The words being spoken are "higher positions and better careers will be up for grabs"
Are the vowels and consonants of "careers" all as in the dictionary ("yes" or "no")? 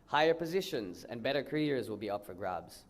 yes